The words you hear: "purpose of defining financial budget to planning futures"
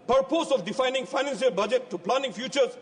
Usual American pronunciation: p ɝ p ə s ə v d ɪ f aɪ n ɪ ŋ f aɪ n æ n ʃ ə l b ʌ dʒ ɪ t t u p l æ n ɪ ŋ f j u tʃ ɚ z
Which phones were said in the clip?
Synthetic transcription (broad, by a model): p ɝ p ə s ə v d ɪ f aɪ n ɪ ŋ f aɪ n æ n s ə l b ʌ dʒ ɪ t t u p l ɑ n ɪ ŋ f j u tʃ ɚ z